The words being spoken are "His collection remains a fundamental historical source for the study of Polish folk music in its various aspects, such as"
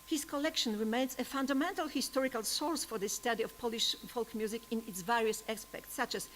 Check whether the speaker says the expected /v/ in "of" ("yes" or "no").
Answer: no